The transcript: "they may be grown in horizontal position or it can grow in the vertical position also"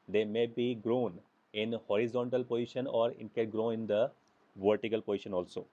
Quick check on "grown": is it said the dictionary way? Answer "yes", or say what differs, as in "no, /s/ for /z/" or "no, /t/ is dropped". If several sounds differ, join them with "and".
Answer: yes